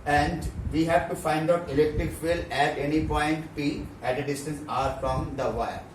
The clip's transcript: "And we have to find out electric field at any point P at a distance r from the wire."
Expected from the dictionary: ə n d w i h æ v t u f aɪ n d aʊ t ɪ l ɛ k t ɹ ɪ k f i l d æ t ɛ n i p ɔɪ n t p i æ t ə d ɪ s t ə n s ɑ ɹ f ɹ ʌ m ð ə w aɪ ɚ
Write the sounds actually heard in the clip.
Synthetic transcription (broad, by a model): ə n d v i h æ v t u f aɪ n d aʊ t ɪ l ɛ k t ɹ ɪ k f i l æ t ɛ n i p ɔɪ n t p i æ t ə d ɪ s t ə n s ɑ ɹ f ɹ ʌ m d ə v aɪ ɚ